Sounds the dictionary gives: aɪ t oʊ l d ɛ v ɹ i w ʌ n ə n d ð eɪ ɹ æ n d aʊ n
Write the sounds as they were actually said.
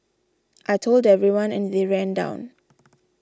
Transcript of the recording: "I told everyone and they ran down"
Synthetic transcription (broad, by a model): aɪ t oʊ l d ɛ v ɹ i w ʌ n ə n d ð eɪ ɹ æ n d aʊ n